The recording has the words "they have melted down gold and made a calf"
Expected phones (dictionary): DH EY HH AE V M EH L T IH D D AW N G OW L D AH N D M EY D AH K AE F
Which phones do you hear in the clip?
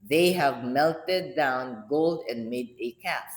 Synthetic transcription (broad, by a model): DH EY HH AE V M EH L T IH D D AW N G OW L D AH N M EY D AH K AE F